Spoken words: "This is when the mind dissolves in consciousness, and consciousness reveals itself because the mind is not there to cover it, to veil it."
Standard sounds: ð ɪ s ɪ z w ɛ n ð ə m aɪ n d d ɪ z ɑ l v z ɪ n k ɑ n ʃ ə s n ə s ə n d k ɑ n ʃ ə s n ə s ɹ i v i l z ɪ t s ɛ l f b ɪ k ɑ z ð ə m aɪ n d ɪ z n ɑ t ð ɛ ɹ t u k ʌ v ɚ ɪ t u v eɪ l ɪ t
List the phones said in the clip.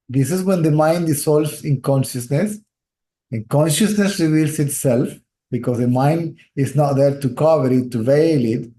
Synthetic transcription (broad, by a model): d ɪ s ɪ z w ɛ n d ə m aɪ n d d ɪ s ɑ l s ɪ n k ɑ n ʃ ə s n ə s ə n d k ɑ n ʃ ə s n ə s ɹ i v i l s ɪ t s ɛ l f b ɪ k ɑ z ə m aɪ n d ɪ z n ɑ t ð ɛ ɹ t u k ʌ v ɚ ɪ t u v eɪ l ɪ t